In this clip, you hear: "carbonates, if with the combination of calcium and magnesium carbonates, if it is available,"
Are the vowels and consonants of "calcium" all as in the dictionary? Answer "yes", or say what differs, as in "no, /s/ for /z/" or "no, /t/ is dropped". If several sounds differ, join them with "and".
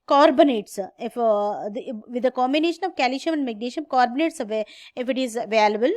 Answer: no, /ʃ/ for /s/